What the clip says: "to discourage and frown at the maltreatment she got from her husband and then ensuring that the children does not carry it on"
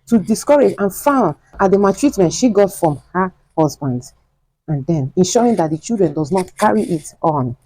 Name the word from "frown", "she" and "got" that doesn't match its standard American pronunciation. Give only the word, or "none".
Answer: frown